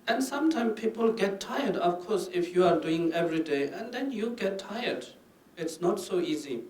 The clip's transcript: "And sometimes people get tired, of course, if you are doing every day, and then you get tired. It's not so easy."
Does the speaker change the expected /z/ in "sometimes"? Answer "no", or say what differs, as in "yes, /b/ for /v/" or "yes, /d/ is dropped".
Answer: yes, /z/ is dropped